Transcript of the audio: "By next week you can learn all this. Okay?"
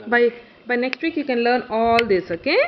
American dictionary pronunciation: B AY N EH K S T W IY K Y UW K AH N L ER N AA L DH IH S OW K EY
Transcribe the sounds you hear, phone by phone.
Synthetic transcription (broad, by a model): B AY N EH K S T W IY K Y UW K AH N L ER N AA L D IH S OW K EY